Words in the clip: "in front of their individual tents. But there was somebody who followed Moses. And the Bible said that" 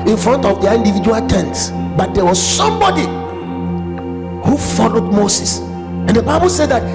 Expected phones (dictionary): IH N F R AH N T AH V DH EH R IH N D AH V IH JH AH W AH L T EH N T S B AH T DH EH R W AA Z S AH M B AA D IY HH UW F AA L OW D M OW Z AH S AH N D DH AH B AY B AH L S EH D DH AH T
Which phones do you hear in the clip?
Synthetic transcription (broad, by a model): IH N F R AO N T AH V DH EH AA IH N D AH V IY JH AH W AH L T EH N T S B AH T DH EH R W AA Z S AH M B AA D IY HH UW F AA L OW D M OW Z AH S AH N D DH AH B AY B AH L S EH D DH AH T